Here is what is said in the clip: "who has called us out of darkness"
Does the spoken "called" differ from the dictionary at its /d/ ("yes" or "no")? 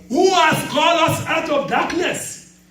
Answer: yes